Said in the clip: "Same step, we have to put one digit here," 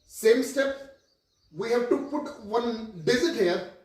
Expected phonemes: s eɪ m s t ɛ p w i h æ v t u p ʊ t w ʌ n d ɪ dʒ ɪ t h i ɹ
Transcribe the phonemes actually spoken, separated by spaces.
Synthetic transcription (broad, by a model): s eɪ m s t ɛ p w i h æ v t u p ʊ t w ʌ n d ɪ z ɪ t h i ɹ